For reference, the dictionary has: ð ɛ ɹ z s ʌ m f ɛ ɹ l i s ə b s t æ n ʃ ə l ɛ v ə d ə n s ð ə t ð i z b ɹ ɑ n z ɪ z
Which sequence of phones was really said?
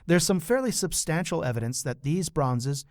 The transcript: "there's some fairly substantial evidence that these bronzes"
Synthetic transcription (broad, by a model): ð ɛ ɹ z s ʌ m f ɛ ɹ l i s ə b s t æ n ʃ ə l ɛ v ə d ə n s ð ə t ð i z b ɹ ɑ n z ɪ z